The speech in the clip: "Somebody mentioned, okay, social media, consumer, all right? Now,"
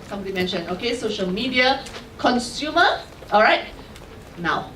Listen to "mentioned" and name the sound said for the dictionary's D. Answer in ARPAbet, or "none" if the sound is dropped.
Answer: none